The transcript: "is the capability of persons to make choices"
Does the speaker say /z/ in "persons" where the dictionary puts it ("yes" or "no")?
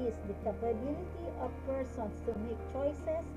no